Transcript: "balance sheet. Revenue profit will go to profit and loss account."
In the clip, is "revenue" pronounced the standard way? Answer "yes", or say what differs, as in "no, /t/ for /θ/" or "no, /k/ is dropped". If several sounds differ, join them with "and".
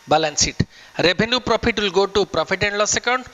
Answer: no, /b/ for /v/